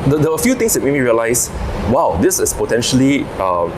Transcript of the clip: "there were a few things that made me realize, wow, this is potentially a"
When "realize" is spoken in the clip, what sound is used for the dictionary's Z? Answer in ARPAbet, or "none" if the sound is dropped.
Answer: S